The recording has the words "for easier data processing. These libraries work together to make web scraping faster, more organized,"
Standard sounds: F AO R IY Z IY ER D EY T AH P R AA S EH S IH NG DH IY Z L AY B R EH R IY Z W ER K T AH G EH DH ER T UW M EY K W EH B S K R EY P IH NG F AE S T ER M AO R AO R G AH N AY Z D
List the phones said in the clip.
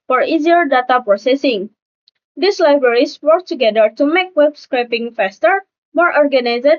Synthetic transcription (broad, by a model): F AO R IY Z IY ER D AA T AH P R AA S EH S IH NG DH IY S L AY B R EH R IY S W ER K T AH G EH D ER T UW M EY K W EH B S K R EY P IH NG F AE S T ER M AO R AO R G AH N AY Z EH